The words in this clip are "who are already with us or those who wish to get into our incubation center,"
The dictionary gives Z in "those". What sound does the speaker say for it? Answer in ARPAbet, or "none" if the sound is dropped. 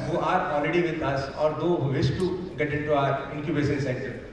none